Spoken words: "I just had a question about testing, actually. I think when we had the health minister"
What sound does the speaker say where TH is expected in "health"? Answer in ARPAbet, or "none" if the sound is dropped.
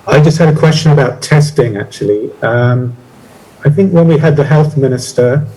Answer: TH